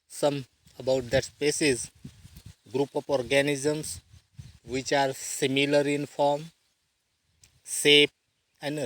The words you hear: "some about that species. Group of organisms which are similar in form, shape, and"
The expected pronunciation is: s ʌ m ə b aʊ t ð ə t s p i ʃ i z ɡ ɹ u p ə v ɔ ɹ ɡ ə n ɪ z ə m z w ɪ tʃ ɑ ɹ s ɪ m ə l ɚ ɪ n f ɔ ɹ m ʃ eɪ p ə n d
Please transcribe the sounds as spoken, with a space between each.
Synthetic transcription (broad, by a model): s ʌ m ə b aʊ t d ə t s p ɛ s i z ɡ ɹ u p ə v ɔ ɹ ɡ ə n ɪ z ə m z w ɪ tʃ ɑ ɹ s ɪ m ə l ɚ ɪ n f ɔ ɹ m s eɪ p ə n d